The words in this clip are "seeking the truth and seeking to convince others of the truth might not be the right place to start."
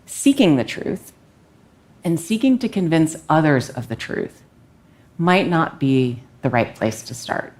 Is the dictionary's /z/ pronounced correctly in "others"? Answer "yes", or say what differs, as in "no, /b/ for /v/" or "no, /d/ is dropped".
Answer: yes